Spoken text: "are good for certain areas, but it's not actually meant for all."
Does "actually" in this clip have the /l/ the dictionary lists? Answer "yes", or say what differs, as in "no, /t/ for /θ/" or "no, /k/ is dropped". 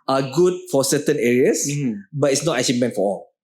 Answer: no, /l/ is dropped